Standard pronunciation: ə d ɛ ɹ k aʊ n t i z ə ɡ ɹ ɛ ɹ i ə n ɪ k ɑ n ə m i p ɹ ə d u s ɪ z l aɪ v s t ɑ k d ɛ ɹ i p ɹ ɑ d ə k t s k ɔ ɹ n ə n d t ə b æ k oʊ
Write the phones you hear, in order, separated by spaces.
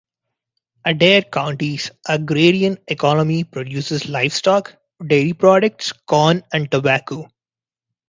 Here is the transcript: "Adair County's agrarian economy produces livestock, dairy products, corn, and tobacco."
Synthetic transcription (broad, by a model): ə d ɛ ɹ k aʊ n t i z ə ɡ ɹ ɛ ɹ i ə n ɪ k ɑ n ə m i p ɹ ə d u s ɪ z l aɪ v s t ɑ k d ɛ l i p ɹ ɑ d ə k t s k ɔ n ə n d t ə b æ k oʊ